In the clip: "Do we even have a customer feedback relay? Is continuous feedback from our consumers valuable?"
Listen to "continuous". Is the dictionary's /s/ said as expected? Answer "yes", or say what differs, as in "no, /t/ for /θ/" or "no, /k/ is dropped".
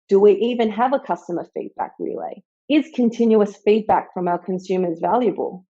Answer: yes